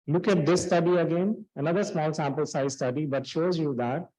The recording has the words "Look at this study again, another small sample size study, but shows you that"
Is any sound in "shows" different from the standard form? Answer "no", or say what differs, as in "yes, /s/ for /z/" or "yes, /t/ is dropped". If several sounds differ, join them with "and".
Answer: no